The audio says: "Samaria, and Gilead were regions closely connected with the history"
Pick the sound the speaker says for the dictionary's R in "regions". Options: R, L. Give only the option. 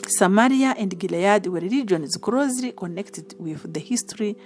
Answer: L